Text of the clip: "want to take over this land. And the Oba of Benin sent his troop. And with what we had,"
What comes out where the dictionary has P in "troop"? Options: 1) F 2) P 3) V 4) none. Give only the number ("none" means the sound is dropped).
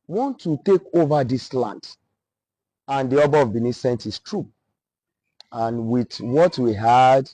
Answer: 4